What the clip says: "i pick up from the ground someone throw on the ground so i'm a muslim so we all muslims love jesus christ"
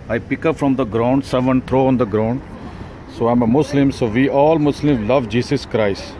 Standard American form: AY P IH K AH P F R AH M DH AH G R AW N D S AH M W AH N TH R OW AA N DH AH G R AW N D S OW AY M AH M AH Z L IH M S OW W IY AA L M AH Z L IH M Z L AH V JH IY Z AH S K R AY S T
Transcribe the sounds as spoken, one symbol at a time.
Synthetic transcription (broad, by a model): AY P IH K AH P F R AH M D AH G R AW N D S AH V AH N T R OW AA N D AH G R AW N D S OW AY M AH M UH S L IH M S OW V IY AA L M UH S L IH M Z L AH V JH IY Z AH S K R AY S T